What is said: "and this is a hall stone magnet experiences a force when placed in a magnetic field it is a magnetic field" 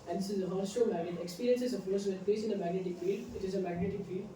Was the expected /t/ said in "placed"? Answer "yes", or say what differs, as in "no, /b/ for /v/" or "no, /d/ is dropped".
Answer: no, /t/ is dropped